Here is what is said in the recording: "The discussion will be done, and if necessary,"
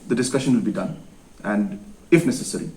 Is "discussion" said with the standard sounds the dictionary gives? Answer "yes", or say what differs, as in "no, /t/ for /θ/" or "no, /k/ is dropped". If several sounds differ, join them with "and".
yes